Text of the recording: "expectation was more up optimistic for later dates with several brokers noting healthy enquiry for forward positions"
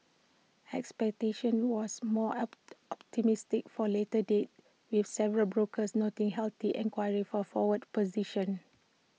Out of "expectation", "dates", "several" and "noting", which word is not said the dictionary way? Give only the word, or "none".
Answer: dates